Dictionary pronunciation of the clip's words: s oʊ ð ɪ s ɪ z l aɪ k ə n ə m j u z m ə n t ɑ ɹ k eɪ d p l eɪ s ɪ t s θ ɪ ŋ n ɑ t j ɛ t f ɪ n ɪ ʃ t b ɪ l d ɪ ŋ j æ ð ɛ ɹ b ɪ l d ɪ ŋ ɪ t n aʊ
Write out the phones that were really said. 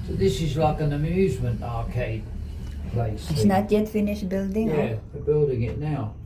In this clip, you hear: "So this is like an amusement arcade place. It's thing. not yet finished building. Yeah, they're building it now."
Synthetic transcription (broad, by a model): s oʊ ð ɪ s ɪ z l aɪ k ə n ə m j u z m ə n t ɑ ɹ k eɪ d p l eɪ s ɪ s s n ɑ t j ɛ t f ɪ n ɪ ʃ b ɪ l d ɪ ŋ j æ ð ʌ b ɪ l d ɪ ŋ ɪ t n aʊ